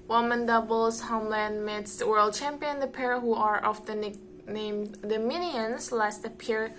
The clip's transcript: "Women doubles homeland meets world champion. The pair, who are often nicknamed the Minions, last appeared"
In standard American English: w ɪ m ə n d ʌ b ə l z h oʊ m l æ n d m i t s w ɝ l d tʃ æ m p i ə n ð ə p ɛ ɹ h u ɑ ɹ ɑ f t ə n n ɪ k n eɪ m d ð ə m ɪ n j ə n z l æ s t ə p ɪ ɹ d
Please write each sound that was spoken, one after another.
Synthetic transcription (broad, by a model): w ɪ m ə n d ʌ b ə l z h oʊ m l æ n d m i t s w ɝ l d tʃ æ m p i ə n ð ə p ɛ ɹ h u ɑ ɹ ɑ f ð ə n n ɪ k n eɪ m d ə m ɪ n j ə n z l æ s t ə p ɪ ɹ